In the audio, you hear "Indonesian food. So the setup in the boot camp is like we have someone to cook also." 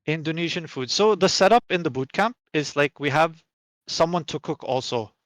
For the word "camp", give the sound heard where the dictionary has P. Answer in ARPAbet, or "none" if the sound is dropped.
P